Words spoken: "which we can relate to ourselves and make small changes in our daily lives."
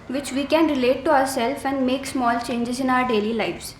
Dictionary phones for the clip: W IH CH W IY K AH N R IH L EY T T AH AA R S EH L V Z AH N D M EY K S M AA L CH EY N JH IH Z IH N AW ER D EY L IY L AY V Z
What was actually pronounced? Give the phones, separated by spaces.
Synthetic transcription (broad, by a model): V IH CH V IY K AH N R IH L EY T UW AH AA R S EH L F AH N D M EY K S M AA L CH EY N JH IH Z IH N AW ER D EY L IY L AY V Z